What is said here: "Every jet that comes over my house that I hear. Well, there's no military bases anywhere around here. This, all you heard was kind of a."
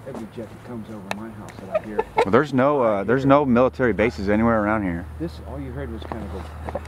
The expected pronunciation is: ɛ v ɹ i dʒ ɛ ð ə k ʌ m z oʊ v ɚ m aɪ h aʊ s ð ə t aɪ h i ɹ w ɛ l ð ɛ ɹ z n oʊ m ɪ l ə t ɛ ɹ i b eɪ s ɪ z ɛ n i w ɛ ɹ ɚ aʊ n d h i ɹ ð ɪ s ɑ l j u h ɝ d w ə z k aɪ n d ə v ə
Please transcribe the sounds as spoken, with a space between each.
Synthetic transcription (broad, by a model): ɛ v ɹ i dʒ ɛ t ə k ʌ m z oʊ v ɚ m aɪ h aʊ s ð ə t aɪ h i ɹ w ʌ n ð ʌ ɹ z n oʊ m ɪ l ə t ɛ ɹ i b eɪ s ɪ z ɛ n i w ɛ ɹ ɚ aʊ n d h i ɹ ð ɪ s ɑ l j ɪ h ɝ d w ə z k aɪ n d ə v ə